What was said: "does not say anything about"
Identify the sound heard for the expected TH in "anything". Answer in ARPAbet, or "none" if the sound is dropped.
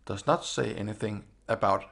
TH